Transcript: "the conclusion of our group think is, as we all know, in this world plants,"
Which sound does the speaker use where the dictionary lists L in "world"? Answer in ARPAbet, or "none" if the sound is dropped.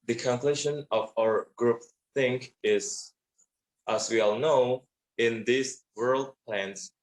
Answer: L